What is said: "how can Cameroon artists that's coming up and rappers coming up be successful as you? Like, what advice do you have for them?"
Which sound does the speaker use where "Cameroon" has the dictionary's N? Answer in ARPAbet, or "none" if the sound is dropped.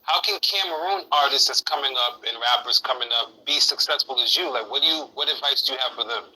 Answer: N